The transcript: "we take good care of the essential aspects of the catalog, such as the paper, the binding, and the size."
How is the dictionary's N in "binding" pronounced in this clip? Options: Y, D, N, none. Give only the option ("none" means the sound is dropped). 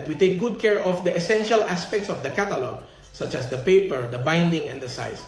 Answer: N